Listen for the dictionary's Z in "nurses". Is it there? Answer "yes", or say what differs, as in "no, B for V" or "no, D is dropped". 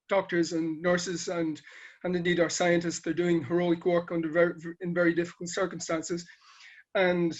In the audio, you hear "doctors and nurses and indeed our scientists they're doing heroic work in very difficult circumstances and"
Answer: yes